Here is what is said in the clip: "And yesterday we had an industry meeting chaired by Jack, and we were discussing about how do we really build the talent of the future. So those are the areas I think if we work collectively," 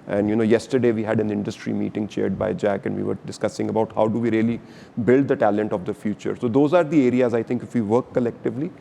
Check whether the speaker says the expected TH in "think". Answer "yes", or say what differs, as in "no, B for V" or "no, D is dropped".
no, T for TH